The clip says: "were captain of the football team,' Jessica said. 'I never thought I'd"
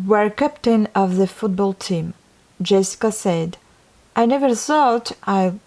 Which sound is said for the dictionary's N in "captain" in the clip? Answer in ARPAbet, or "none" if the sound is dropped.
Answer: N